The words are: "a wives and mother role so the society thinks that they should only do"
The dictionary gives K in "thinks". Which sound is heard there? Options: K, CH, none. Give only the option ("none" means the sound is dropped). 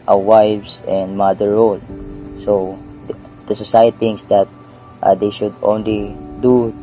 none